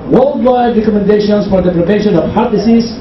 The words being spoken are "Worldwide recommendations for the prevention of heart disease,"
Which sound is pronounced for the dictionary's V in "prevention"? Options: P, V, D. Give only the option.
P